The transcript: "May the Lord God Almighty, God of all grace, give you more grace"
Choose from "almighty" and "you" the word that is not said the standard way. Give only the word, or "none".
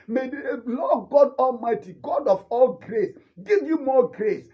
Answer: none